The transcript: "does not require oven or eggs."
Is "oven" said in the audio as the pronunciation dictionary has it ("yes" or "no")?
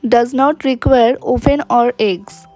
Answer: no